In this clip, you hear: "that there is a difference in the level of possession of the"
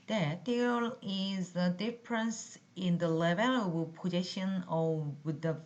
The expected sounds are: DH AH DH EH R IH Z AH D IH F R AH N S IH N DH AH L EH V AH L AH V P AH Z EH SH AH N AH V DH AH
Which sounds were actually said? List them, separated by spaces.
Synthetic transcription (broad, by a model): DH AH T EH L IH Z AH D IH F R AH N S IH N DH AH L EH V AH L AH B P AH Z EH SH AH N AH V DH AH